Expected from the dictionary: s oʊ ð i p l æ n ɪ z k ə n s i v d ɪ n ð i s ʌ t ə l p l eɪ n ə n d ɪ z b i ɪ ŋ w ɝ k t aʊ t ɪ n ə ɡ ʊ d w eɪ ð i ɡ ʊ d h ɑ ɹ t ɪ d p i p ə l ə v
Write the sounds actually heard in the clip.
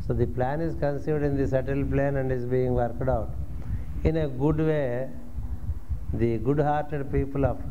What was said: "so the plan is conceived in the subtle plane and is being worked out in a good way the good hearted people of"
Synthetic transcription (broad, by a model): s oʊ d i p l æ n ɪ z k ə n s i v d ɪ n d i s ʌ t ə l p l eɪ n ə n d ɪ z b i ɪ ŋ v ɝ k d aʊ t ɪ n ə ɡ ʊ d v eɪ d i ɡ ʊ d h ɑ ɹ t ɪ d p i p ə l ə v